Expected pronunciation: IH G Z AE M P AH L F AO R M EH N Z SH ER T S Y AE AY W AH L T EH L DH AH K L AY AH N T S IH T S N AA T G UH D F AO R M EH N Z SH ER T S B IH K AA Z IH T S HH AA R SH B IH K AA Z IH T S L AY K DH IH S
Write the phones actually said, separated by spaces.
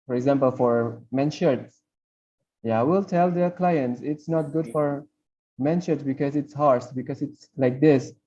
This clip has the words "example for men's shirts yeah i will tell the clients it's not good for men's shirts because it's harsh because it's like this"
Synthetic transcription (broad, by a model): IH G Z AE M P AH L F AO R M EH N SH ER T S Y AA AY W AH L T EH L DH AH K L AY AH N T S IH T S N AA T G UH D F AO R M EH N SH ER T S B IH K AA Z IH T S HH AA R S B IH K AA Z IH T S L AY K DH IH S